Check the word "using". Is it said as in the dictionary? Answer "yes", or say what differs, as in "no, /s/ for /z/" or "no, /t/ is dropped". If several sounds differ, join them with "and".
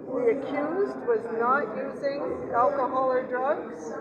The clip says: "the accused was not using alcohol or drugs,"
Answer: yes